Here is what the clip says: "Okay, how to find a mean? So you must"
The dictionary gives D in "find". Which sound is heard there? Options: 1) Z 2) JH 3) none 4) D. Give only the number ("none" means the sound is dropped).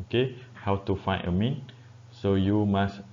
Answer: 3